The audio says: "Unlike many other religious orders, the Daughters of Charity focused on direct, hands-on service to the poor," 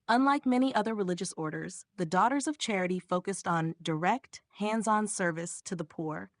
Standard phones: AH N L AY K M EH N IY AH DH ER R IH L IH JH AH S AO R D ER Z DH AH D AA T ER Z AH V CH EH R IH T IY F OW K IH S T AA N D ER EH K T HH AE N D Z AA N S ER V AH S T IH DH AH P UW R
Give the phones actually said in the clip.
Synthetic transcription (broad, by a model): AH N L AY K M EH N IY AH DH ER R IH L IH JH AH S AO R D ER Z DH AH D AA T ER Z AH V CH EH R IH T IY F OW K IH S T N D ER EH K T HH AE N D Z AA N S ER V AH S T IH DH AH P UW R